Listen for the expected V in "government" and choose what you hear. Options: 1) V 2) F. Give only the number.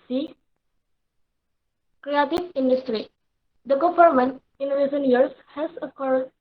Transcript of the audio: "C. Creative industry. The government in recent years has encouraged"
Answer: 2